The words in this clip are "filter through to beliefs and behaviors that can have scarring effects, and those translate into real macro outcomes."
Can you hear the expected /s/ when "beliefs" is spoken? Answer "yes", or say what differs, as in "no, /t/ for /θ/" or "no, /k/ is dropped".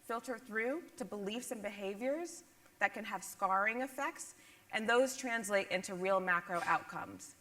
yes